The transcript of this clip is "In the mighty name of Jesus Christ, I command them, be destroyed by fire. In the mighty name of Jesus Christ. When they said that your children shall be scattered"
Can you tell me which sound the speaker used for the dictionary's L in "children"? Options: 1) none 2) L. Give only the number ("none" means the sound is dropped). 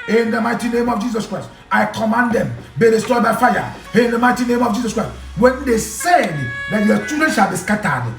1